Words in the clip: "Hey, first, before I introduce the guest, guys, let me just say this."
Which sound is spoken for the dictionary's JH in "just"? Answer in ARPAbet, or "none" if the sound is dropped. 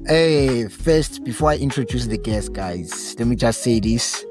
JH